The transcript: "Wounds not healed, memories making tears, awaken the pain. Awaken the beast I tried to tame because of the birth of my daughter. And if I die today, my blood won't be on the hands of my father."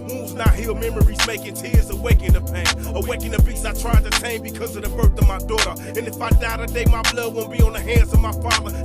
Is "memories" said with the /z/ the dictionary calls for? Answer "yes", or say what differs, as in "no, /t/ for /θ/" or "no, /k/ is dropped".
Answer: yes